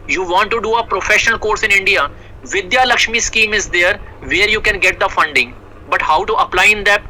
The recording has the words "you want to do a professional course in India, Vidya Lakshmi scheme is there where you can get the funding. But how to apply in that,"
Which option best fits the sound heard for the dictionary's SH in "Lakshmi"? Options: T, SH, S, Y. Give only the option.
SH